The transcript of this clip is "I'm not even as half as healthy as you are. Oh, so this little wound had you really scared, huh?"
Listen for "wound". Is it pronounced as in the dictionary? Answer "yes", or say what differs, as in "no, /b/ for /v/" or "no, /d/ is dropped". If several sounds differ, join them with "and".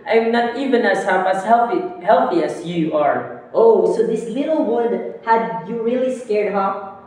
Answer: no, /l/ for /n/